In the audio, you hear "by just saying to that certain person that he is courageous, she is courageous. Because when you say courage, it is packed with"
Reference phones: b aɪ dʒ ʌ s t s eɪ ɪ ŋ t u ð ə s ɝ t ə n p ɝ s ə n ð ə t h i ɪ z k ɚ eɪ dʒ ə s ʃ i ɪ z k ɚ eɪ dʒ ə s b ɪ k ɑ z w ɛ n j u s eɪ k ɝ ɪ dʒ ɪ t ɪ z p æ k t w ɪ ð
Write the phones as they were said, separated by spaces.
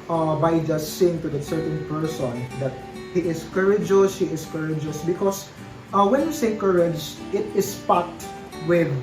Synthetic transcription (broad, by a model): b aɪ dʒ ʌ s t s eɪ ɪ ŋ t u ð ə s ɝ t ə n p ɝ s ə n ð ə t h i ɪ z k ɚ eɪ dʒ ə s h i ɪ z k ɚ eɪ dʒ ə s b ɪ k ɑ s w ɛ n j u s eɪ k ɝ ɪ dʒ ɪ t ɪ s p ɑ t w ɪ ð